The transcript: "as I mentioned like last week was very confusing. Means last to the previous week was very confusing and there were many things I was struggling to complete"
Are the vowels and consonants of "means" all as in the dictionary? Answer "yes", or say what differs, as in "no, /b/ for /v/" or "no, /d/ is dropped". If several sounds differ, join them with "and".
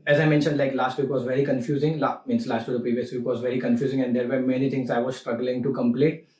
no, /s/ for /z/